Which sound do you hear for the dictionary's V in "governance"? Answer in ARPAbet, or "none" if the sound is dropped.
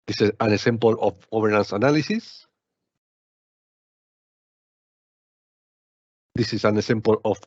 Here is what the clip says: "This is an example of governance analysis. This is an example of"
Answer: B